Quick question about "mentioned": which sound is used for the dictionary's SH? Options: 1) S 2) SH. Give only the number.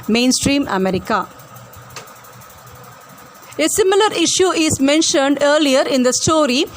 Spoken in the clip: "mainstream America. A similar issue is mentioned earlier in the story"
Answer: 2